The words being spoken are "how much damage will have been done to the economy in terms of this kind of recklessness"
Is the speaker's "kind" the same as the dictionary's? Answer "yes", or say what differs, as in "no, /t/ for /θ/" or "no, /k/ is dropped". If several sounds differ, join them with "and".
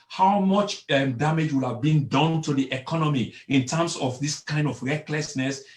yes